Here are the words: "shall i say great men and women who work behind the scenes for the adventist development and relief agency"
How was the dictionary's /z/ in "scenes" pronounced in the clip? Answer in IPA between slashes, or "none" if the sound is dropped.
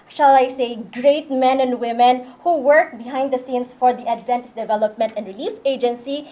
/s/